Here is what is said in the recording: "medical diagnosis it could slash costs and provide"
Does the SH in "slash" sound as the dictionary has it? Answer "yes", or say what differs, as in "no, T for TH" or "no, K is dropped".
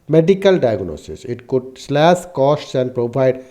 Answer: no, S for SH